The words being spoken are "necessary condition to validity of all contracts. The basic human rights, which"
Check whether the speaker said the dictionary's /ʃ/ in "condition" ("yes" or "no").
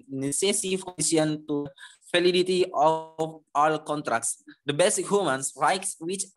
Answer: no